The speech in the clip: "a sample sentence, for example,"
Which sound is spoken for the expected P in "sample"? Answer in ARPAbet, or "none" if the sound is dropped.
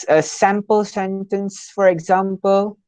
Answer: P